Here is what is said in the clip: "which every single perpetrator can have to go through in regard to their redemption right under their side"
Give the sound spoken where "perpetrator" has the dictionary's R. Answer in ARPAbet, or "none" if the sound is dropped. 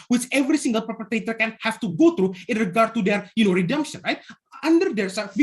none